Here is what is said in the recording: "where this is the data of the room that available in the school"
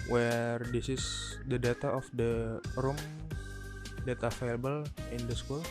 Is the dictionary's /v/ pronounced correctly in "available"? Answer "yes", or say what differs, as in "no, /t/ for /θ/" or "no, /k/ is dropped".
no, /f/ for /v/